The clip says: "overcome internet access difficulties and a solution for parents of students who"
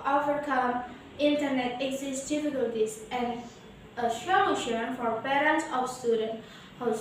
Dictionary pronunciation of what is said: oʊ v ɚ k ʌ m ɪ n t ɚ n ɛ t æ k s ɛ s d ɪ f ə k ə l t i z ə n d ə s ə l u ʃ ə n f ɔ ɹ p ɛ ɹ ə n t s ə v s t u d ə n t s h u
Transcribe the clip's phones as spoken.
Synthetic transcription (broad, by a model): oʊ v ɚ k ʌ m ɪ n t ɚ n ɛ t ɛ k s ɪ s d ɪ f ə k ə l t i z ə n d ə ʃ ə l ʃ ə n f ɔ ɹ p ɛ ɹ ə n t s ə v s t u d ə n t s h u